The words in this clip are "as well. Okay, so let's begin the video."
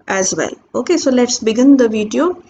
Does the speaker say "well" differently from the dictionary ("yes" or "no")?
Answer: no